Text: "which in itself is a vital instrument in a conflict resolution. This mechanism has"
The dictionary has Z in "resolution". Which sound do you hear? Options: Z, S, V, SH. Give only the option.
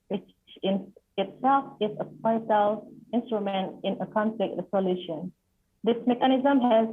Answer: S